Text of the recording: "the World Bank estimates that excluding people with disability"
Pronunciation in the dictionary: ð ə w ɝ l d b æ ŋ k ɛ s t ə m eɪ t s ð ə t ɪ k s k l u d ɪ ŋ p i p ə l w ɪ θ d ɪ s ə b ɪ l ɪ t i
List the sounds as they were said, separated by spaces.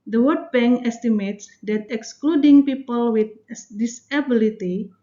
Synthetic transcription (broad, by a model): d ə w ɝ d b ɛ ŋ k ɛ s t ə m eɪ t s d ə t ɪ k s k l u d ɪ ŋ p i p ə l w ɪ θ d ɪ s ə b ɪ l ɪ t i